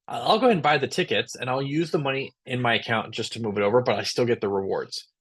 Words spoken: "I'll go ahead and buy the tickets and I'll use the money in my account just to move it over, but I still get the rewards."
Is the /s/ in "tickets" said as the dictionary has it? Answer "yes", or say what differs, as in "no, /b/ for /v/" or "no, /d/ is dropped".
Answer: yes